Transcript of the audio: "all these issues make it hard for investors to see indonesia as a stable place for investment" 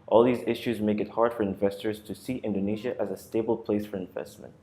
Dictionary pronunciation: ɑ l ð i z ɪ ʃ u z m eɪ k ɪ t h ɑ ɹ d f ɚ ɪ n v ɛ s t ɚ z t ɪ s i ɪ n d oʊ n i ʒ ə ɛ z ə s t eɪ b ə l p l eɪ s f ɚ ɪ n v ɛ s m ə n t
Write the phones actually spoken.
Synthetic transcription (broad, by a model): ɑ l ð i z ɪ ʃ u z m eɪ k ɪ t h ɑ ɹ d f ɚ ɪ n v ɛ s t ɚ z t ɪ s i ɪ n d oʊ n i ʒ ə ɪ z ə s t eɪ b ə l p l eɪ s f ɚ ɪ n v ɛ s m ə n t